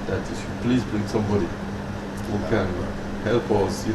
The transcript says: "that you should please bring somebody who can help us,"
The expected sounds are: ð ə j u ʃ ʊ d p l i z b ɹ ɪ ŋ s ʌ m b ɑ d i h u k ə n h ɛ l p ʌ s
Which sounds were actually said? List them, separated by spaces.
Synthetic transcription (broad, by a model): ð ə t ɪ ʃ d p l i z b ɹ ɪ ŋ s ʌ m b ɑ d i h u k ə n h ɛ l p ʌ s